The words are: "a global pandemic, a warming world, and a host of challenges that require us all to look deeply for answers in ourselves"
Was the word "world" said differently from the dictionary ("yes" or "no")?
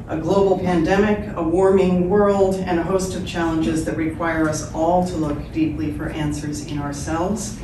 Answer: no